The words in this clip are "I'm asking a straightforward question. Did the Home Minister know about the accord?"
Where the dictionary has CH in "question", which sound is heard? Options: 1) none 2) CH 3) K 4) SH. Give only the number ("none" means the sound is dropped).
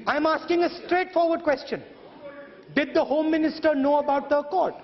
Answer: 2